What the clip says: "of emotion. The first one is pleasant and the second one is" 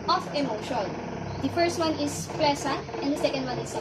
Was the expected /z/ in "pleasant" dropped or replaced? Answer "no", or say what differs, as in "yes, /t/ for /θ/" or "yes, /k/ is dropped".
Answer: yes, /s/ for /z/